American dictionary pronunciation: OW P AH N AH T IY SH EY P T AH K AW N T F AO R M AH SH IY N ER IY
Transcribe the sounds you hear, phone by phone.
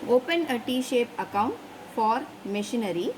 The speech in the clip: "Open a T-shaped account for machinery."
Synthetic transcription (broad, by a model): OW P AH N AH T IY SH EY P AH K AW N T F AO R M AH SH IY N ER IY